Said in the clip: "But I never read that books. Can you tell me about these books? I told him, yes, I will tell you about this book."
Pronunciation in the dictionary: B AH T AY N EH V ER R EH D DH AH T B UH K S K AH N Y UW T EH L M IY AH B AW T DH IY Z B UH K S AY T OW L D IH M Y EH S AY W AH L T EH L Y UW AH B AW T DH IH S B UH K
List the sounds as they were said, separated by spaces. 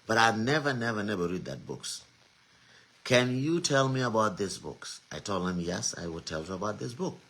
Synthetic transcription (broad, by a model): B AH T AY N EH V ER R EH D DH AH T B UH K S K AH N Y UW T EH L M IY AH B AW T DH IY S B UH K S AY T OW L D IH M Y EH S AY W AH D T EH L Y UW AH B AW T DH IH S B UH K